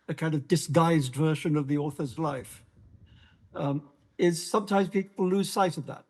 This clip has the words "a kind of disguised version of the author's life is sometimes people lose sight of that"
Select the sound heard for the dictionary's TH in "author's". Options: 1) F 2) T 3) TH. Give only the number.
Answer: 3